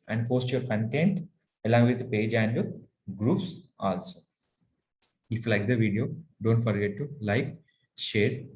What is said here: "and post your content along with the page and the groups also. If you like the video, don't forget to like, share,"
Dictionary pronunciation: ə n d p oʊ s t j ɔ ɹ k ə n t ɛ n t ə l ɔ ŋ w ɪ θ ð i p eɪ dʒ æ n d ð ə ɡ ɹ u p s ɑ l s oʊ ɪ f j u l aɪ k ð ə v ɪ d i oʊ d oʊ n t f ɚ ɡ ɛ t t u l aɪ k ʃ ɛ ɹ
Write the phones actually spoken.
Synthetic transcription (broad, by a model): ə n d p oʊ s t j ɔ ɹ k ə n t ɛ n t ə l ɔ ŋ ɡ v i p eɪ dʒ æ n d ɡ ɹ u p s ɑ l s oʊ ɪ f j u l aɪ k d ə v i d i oʊ d oʊ n t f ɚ ɡ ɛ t t u l aɪ k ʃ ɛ ɹ